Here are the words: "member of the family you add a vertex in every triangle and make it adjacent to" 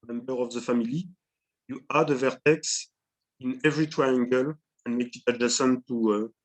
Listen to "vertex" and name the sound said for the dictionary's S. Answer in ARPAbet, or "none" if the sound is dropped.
S